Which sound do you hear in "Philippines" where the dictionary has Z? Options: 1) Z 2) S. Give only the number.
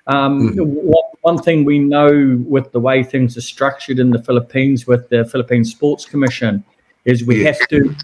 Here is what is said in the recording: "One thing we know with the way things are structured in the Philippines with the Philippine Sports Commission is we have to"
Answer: 1